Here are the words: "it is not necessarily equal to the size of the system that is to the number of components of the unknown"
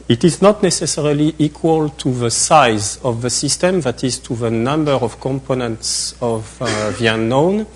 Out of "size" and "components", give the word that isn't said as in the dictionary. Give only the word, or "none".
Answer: none